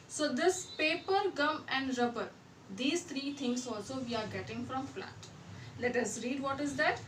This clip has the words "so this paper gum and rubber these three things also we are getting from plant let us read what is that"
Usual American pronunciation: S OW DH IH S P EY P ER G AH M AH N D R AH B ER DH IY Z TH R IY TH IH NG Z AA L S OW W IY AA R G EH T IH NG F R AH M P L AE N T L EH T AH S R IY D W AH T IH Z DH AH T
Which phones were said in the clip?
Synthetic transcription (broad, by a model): S OW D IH S P EY P ER G AH M AH N D R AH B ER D IY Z T R IY T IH NG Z AA L S OW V IY AA R G EH T IH NG F R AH M F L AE T L EH T AH S R IY D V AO T IH Z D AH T